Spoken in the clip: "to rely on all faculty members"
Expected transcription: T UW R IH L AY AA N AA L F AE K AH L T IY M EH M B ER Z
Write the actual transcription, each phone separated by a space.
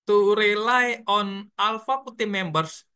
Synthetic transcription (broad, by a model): T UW R IH L AY AA N AA L F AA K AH T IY M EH M B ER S